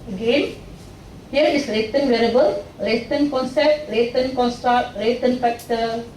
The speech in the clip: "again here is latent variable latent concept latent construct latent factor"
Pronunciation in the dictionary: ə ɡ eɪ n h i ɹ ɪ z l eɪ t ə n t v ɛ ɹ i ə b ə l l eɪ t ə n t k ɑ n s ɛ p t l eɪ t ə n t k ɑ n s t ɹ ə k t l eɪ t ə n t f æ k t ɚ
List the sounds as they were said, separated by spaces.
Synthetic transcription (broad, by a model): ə ɡ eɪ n h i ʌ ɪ s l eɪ t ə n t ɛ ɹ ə b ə l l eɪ t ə n k ɑ n s ɛ p t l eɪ t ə n k ɑ n s t ɹ ə k t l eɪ t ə n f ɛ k t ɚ